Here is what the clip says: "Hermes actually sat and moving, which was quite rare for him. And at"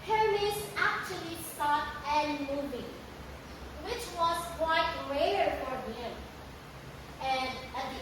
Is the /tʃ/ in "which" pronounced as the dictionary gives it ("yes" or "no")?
yes